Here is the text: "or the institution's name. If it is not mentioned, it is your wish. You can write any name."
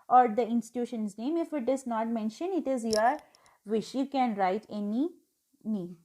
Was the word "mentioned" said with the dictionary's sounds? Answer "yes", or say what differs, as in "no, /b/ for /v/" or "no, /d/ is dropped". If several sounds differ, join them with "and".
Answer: no, /d/ is dropped